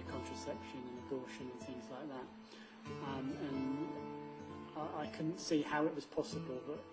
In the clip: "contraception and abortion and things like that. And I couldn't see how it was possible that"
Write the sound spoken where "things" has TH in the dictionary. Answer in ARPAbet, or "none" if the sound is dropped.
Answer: TH